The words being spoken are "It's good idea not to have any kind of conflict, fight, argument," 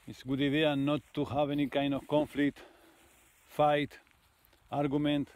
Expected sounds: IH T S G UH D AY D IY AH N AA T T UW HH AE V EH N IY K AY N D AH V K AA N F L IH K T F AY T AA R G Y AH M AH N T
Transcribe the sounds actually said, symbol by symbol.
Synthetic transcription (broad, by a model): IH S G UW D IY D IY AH N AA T T UW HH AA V EH N IY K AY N AH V K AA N F L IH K T F AY T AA R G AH M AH N T